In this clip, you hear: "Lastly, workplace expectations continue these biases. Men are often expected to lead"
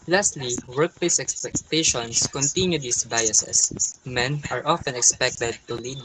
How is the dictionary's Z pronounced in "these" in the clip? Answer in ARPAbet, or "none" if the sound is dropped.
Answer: S